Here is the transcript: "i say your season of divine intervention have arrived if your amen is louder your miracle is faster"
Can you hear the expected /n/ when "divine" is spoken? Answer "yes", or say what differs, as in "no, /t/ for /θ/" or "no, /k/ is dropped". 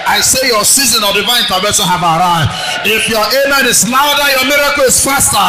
no, /n/ is dropped